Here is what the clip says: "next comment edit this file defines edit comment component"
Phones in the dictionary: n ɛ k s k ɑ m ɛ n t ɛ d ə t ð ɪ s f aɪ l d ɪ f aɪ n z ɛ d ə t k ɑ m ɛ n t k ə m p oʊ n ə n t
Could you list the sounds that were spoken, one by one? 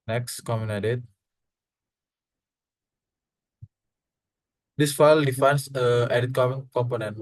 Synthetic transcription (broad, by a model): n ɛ k s k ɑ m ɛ n ɛ d ə t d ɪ s f aɪ l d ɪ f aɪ n s ɛ d ə t k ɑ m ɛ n k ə m p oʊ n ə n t